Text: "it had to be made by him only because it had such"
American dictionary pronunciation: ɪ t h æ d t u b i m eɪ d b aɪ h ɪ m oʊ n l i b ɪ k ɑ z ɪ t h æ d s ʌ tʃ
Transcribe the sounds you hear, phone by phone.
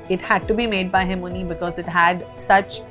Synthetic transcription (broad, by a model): ɪ t h æ d t u b i m eɪ d b aɪ h ɪ m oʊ n i b ɪ k ɑ z ɪ t h æ d s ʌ tʃ